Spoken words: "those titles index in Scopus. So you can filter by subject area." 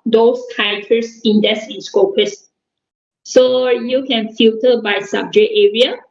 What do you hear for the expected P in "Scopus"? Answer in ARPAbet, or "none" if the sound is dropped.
P